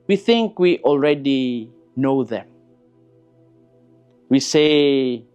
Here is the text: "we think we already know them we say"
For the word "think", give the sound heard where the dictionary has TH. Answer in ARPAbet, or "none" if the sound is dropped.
TH